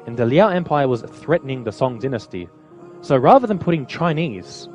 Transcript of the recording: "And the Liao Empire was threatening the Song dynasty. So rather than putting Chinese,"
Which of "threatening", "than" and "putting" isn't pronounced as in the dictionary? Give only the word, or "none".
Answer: none